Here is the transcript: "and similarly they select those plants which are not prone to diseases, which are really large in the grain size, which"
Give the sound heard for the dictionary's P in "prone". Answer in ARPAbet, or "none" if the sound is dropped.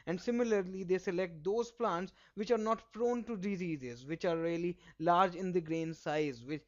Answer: F